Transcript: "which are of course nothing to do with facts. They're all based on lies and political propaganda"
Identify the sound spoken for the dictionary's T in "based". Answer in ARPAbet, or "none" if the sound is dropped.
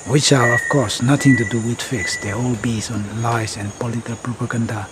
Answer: none